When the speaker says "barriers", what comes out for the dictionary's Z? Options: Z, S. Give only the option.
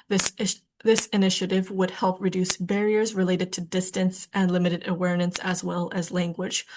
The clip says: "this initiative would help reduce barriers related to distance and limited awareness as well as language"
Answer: Z